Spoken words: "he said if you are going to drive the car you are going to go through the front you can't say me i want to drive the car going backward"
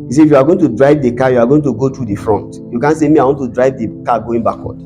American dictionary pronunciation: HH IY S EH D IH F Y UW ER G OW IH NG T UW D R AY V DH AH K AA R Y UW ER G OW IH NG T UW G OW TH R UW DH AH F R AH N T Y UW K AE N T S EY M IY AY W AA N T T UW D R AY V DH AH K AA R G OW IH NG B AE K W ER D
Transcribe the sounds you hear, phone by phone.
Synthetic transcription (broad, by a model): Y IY S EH IH F Y UW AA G OW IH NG T UW D R AY V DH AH K AA Y UW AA G OW IH NG T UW G OW T R UW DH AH F R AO N T Y UW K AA N S EY M IY AY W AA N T T UW D R AY V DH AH K AA G OW IH NG B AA K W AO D